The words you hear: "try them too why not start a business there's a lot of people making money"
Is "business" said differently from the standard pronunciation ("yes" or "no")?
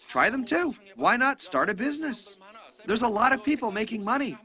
no